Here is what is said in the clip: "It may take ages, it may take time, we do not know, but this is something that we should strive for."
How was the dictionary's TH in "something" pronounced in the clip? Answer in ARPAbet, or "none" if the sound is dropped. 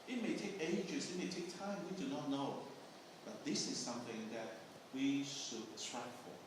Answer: TH